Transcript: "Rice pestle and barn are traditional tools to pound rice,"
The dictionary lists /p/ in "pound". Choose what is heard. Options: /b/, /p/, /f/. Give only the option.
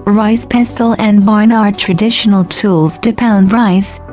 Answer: /p/